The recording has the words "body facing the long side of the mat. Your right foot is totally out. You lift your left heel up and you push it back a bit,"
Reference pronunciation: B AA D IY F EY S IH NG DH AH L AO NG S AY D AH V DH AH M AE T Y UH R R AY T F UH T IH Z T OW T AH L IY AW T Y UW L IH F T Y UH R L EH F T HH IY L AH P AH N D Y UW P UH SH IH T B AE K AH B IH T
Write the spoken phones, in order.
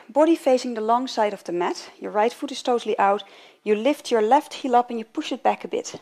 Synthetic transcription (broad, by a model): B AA D IY F EY S IH NG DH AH L AO NG S AY D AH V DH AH M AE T Y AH R R AY T F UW T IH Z T OW T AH L IY AW T Y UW L IH F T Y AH R L EH F T HH IY L AH P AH N Y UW P UH SH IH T B AE K AH B IH T